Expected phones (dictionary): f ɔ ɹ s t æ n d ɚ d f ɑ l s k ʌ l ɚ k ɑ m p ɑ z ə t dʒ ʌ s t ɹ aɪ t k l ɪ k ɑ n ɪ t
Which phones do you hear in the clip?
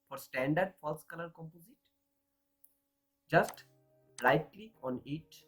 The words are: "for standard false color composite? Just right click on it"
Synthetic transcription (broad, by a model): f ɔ ɹ s t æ n d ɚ d f ɑ l s k ʌ l ɚ k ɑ m p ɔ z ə t dʒ ʌ s t l aɪ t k l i ɑ n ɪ t